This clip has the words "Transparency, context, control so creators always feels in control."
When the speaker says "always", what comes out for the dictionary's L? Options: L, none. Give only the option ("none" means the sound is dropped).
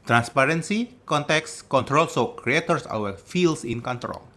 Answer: none